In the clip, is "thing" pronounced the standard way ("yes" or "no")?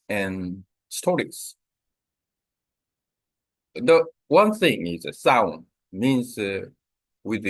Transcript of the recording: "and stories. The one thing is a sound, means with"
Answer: yes